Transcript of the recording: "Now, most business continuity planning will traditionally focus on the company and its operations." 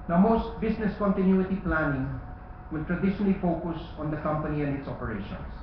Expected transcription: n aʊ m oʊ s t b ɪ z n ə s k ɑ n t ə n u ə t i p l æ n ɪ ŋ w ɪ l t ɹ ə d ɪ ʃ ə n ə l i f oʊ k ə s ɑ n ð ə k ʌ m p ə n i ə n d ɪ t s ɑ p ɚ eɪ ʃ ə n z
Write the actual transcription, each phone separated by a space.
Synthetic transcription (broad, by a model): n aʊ m oʊ s t b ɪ s n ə s k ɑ n t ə n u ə t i p l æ n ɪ ŋ w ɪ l t ɹ ə d ɪ ʃ ə n ə l i f oʊ k ə s ɑ n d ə k ʌ m p ə n i ə n d ɪ t s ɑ p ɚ eɪ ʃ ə n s